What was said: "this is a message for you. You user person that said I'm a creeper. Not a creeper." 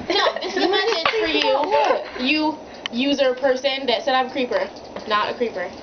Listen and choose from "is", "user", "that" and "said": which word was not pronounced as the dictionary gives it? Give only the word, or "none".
is